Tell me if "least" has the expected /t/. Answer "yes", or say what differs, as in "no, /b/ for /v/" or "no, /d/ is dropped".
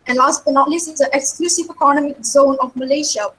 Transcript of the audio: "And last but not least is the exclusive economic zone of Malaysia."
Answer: no, /t/ is dropped